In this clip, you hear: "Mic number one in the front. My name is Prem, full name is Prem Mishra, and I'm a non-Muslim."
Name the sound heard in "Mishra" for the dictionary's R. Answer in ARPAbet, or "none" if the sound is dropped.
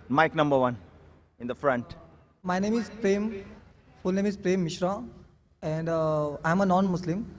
R